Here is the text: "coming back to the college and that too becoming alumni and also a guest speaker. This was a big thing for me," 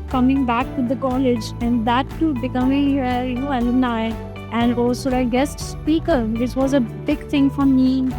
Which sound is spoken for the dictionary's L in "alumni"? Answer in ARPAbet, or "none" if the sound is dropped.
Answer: N